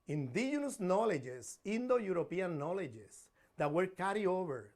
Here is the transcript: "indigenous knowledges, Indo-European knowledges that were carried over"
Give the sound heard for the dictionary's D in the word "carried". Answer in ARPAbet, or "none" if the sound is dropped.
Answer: none